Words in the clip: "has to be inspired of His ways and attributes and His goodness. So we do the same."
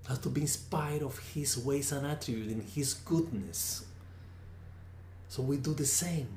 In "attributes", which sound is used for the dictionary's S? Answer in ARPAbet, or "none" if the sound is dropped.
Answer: none